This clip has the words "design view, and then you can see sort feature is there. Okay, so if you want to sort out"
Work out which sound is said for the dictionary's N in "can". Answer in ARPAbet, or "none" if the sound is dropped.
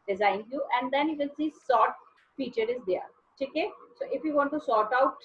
L